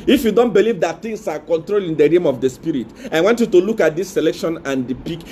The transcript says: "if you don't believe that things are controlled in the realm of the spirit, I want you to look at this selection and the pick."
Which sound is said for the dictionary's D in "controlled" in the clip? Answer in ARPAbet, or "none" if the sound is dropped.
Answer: none